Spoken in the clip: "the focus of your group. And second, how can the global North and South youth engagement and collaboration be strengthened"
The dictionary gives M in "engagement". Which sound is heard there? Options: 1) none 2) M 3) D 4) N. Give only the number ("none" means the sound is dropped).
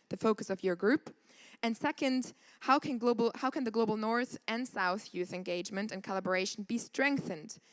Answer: 2